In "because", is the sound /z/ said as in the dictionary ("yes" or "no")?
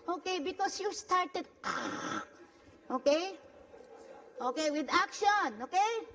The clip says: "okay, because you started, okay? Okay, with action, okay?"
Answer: no